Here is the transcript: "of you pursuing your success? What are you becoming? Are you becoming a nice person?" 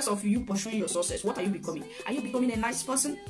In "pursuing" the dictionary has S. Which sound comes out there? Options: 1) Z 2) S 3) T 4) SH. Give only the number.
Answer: 4